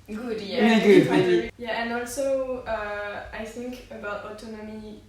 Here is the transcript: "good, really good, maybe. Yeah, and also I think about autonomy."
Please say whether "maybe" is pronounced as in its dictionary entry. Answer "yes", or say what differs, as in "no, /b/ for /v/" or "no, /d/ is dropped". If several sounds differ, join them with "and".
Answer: no, /b/ is dropped